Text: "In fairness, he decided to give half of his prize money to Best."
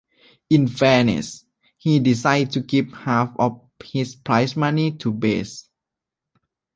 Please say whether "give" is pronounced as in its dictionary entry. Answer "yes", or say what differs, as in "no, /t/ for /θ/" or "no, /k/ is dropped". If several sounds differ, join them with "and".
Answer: no, /p/ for /v/